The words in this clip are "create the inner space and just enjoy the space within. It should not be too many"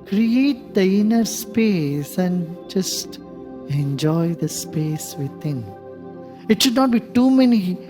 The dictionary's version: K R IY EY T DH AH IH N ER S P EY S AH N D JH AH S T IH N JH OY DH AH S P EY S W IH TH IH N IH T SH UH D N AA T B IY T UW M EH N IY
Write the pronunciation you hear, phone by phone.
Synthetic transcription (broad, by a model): K R IY EY T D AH IH N ER S P EY S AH N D JH AH S T IH N JH OY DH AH S P EY S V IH T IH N IH T SH UH D N AA T B IY T UW M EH N IY